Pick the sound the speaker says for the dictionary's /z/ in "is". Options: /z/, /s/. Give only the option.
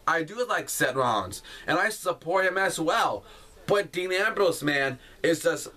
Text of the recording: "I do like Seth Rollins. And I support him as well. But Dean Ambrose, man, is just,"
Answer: /z/